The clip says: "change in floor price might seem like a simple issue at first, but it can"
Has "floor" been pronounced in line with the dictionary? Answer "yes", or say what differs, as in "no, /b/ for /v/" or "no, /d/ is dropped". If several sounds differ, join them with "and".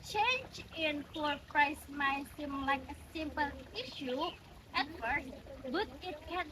no, /l/ is dropped